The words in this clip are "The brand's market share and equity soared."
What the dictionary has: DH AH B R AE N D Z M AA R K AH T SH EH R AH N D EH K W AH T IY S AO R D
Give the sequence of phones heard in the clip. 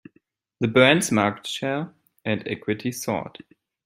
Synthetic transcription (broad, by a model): DH AH B AH N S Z M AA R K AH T SH EH R AH N D EH K W AH T IY S AO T